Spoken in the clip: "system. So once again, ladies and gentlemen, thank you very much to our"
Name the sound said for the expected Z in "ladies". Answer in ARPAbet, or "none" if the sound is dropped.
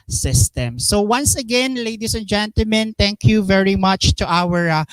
S